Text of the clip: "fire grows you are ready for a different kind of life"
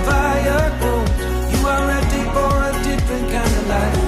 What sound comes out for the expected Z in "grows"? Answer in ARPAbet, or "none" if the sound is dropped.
none